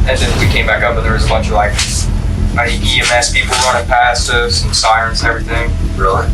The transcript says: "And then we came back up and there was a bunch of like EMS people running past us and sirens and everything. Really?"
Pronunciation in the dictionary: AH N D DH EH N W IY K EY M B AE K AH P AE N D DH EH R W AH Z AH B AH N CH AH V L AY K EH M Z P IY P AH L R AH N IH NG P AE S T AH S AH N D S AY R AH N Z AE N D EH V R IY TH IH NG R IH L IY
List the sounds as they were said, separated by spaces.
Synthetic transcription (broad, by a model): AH N DH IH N W IY K EY M B AE K AH P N DH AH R W AH Z AH B AH N CH AH V L AY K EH M S P IY P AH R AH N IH P AE S T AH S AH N S AY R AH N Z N EH V R IY TH IH NG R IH L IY